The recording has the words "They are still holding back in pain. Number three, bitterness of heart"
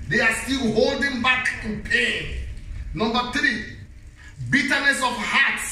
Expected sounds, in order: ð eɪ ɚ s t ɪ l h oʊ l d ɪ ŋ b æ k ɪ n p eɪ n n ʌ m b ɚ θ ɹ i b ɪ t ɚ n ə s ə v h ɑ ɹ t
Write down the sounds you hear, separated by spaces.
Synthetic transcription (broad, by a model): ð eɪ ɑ s t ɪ l h oʊ l d ɪ ŋ b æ k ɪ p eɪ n n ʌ m b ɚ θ ɹ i b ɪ t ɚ n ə s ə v h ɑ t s